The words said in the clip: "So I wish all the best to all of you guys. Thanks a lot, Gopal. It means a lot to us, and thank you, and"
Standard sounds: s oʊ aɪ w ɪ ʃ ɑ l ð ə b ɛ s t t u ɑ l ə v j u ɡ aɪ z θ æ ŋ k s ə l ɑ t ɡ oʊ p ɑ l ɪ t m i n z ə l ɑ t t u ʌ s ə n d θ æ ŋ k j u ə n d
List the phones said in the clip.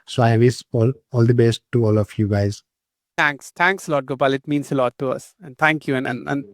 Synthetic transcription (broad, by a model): s oʊ aɪ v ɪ s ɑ l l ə b ɛ s t t u ɑ l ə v j u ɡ aɪ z t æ ŋ k s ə l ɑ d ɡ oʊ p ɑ l ɪ t m i n s ə l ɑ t t u ʌ s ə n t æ ŋ k j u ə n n